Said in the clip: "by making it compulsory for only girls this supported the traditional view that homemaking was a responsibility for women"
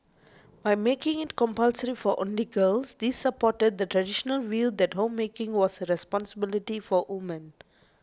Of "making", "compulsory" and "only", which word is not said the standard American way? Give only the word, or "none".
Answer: none